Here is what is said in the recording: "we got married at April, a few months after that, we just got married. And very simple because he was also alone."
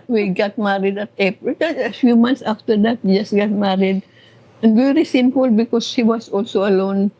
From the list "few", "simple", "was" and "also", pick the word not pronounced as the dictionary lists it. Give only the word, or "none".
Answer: was